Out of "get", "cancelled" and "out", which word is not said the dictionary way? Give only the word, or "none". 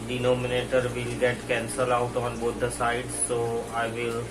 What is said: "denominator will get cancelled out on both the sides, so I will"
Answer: cancelled